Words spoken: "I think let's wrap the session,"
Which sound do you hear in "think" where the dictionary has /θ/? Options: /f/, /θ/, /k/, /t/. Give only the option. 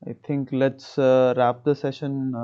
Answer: /t/